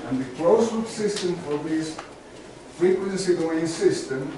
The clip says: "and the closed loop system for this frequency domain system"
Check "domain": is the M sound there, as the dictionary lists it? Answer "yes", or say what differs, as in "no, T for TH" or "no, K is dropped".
no, M is dropped